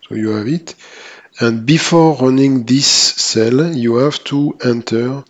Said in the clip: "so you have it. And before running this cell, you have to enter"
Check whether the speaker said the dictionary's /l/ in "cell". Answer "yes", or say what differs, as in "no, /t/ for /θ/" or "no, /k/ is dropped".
yes